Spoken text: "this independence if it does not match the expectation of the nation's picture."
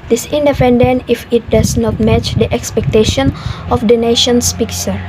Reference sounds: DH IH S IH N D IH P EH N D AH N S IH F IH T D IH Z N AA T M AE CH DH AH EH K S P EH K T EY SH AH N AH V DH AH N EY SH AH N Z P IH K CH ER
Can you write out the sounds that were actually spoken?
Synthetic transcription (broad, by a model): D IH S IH N D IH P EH N D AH N IH F IH T D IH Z N AA T M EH CH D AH EH K S P EH K T EY SH AH N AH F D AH N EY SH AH N S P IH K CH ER